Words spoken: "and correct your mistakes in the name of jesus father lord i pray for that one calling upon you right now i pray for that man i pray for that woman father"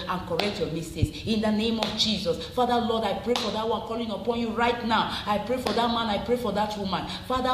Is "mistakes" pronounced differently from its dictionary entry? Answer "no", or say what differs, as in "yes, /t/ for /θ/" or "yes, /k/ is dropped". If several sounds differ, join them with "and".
yes, /k/ is dropped